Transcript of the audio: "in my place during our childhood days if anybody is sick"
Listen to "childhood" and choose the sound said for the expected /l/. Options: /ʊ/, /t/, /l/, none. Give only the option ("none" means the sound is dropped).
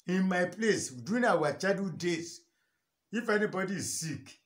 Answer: none